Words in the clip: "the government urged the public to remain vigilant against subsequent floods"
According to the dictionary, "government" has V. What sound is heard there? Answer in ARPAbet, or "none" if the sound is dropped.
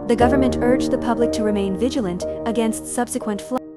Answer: V